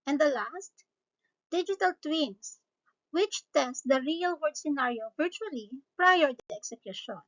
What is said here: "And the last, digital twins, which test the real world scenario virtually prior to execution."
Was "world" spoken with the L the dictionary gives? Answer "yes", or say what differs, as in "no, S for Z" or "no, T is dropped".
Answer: no, L is dropped